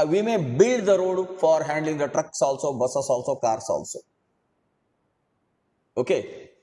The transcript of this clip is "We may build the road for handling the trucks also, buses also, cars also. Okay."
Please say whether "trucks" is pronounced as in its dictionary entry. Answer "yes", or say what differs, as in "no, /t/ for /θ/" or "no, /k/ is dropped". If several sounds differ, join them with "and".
yes